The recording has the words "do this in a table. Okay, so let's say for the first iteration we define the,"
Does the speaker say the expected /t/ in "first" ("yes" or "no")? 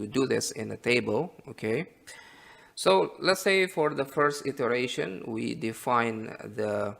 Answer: yes